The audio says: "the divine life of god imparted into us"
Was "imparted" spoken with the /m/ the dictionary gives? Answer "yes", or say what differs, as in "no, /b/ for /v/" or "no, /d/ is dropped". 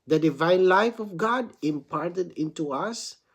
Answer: yes